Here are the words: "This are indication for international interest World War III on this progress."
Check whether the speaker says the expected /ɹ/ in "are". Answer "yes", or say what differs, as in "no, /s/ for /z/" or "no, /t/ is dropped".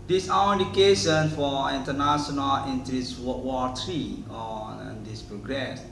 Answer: no, /w/ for /ɹ/